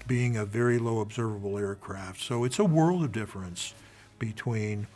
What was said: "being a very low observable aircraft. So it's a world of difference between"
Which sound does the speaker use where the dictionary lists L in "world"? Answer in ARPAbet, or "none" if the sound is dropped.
L